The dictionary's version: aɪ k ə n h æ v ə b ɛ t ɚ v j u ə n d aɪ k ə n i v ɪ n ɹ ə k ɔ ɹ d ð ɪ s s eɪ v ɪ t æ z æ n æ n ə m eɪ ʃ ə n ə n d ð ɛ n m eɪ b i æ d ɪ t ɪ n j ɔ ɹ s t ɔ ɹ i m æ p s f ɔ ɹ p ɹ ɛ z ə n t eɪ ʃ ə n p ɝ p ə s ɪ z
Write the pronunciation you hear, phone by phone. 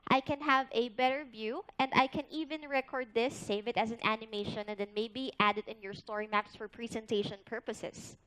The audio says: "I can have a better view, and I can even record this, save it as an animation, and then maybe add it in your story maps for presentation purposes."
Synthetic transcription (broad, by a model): aɪ k ə n h æ v ə b ɛ t ɚ v j u ə n d aɪ k ə n i v ɪ n ɹ ə k ɔ ɹ d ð ɪ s s eɪ v ɪ t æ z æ n æ n ə m eɪ ʃ ə n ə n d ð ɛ n m eɪ b i æ d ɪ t ɪ n j ɔ ɹ s t ɔ ɹ i m æ p s f ɔ ɹ p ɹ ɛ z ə n t eɪ ʃ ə n p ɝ p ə s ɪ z